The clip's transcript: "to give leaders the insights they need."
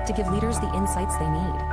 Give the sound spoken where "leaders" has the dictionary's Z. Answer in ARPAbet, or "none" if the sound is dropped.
Z